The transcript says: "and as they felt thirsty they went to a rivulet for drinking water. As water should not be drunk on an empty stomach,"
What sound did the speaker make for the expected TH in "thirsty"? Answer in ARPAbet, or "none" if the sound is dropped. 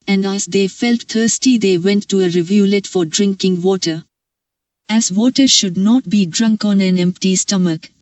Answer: T